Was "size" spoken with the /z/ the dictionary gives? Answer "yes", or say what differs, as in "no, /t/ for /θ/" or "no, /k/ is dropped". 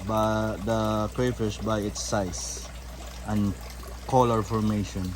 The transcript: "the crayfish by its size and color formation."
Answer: no, /s/ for /z/